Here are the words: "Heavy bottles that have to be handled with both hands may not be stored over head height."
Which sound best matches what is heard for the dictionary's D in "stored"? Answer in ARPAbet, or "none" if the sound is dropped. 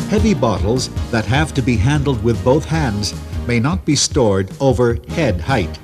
D